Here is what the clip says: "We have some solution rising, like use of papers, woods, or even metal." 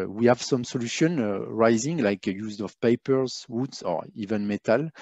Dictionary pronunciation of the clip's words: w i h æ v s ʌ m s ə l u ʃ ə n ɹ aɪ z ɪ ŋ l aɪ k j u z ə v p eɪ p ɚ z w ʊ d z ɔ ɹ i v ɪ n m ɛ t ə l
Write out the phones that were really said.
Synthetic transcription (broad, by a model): w i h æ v s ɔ m s ə l u ʃ ə n ɹ aɪ z ɪ ŋ l aɪ k j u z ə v p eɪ p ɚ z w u d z ɔ ɹ i v ɪ n m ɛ t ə l